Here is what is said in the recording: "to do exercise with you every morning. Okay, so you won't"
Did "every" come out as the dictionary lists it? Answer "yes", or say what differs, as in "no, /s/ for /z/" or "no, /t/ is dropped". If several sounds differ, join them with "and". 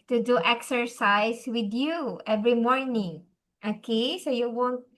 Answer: yes